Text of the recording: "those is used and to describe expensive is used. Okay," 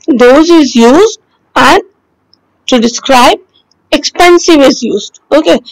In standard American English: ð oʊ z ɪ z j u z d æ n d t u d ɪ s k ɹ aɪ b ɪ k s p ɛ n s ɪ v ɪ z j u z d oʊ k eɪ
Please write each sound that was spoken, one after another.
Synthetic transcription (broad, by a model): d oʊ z ɪ z j u z d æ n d t u d ɪ s k ɹ aɪ b ɪ k s p ɛ n s ɪ v ɪ z j u z d oʊ k eɪ